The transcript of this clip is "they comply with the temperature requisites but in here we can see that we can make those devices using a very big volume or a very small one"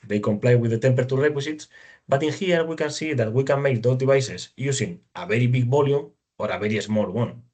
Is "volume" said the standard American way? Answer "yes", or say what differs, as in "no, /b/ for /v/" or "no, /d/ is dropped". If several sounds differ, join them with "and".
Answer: no, /b/ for /v/